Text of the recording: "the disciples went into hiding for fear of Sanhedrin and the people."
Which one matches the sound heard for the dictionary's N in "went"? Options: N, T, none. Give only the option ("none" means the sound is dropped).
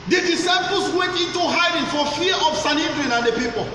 none